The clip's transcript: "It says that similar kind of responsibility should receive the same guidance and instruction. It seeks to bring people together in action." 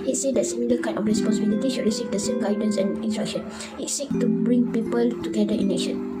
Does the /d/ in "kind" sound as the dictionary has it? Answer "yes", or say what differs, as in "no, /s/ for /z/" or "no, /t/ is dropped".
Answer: no, /d/ is dropped